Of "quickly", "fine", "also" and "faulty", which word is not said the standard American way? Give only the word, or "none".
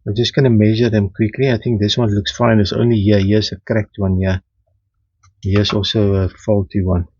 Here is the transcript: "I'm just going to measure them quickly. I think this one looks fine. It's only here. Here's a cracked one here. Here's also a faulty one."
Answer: none